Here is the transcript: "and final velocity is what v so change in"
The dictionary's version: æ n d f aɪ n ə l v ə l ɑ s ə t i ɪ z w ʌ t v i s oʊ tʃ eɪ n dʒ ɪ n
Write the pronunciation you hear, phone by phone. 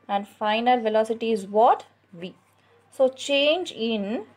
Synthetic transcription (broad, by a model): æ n d f aɪ n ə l v ə l ɑ s ə t i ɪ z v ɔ t v i s oʊ tʃ eɪ n dʒ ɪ n